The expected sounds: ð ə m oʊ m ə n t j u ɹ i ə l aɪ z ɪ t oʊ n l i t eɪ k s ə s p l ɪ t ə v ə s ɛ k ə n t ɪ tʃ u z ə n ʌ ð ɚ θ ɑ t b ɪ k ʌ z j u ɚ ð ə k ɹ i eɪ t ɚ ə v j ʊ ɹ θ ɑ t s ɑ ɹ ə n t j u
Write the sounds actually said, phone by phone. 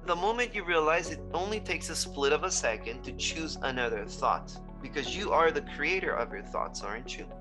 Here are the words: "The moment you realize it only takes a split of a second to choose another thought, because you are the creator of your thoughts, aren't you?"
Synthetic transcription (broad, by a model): ð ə m oʊ m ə n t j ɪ ɹ i ə l aɪ z ɪ t oʊ n l i t eɪ k s ə s p l ɪ t ə v ə s ɛ k ə n t ɪ tʃ u z ə n ʌ ð ɚ θ ɑ t b ɪ k ʌ z j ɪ ɚ ð ə k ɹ i eɪ t ɚ ə v j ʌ ɹ θ ɑ t s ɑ ɹ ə n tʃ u